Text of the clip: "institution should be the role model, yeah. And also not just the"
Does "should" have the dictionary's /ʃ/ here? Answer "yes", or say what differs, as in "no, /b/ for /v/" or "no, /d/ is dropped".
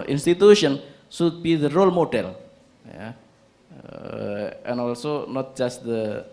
no, /s/ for /ʃ/